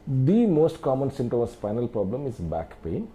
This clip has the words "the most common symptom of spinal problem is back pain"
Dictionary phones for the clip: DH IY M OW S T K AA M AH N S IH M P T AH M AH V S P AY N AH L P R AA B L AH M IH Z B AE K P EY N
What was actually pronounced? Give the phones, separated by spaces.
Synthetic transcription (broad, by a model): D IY M OW S T K AA M AH N S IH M T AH M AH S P AY N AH L P R AA B L AH M IH Z B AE K P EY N